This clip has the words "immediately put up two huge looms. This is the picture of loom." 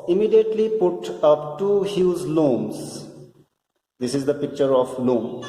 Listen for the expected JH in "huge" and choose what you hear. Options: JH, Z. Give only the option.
Z